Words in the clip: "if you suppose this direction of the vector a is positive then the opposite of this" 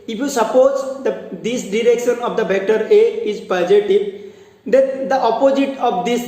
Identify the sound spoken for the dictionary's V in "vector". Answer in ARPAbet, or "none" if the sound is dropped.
B